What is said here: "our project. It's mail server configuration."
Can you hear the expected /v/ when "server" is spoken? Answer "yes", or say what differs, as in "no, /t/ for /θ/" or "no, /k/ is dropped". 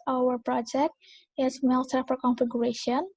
no, /f/ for /v/